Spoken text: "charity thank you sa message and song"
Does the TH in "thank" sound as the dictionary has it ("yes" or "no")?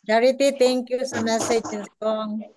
no